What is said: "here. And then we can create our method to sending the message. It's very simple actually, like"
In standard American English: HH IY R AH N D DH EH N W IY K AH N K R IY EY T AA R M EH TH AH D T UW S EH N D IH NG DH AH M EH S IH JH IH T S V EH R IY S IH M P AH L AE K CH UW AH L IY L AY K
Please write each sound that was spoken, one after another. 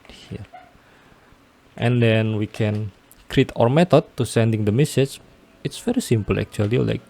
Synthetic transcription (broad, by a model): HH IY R AH N D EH N W IY K AH N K R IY T AA R M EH T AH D T UW S EH N D IH NG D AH M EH S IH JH IH T S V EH R IY S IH M P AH L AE K CH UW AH L IY L AY K